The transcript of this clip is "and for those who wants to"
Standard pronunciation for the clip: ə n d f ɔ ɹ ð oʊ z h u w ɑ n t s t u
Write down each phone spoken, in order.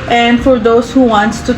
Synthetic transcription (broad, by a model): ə n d f ɔ ɹ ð oʊ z h u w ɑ n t t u